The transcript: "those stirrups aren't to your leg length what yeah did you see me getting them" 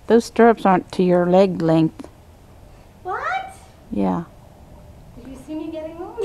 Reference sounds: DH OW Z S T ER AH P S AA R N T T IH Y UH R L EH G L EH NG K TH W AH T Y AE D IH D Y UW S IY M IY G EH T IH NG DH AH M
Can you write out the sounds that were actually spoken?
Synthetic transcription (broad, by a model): DH OW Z S T ER AH P S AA R N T T IH Y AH R L EH G L EH NG K TH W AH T Y AE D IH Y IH S IY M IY G EH T IH NG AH